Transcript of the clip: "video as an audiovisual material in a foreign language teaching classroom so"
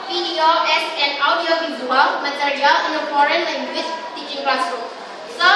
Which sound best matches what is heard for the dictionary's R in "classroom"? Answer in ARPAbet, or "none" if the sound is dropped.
none